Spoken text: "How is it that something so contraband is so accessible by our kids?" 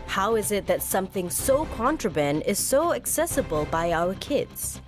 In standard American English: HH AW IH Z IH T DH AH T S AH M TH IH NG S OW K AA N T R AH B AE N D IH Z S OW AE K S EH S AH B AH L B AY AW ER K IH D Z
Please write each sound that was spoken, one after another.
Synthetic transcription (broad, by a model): HH AW IH Z IH T DH AH T S AH M TH IH NG S OW K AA N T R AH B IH N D IH Z S OW AE K S EH S AH B AH L B AY AW ER K IH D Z